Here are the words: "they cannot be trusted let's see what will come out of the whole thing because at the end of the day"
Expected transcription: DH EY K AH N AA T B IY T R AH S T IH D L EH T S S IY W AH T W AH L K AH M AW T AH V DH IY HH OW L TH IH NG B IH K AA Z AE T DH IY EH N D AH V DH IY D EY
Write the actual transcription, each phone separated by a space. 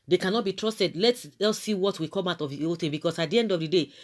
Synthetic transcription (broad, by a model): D EY K AH N AA T B IY T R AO S T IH D L EH T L S IY W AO T W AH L K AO M AW T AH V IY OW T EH B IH K AA S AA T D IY EH N D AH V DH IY D EY